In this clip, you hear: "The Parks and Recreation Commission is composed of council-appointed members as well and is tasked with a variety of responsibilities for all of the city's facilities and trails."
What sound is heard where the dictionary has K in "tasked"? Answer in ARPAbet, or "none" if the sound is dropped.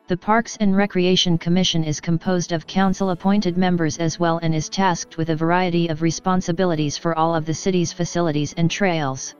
K